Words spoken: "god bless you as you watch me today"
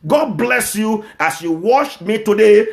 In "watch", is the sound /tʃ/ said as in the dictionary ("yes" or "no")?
no